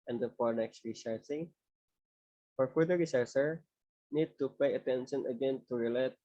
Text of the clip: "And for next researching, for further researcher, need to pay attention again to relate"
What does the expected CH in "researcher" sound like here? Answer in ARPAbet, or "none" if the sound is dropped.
S